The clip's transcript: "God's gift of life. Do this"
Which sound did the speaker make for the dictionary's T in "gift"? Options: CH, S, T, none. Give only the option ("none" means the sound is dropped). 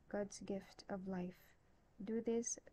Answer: T